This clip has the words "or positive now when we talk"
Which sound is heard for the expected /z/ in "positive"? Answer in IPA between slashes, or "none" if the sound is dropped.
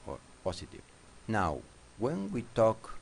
/s/